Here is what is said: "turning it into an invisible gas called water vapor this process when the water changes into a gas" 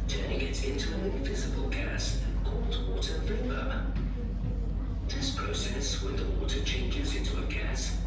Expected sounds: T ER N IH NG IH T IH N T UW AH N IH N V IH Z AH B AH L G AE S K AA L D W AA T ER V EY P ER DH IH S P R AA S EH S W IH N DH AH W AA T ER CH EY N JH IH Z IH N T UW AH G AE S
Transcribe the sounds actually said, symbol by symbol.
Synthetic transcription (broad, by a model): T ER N IH NG IH T IH N T UW AH N IH N V IH Z AH B AH L G AE S K AA L D W AA T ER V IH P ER DH IH S P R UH S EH S W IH DH AH W AA T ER CH EY N JH IH Z IH N T UW AH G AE S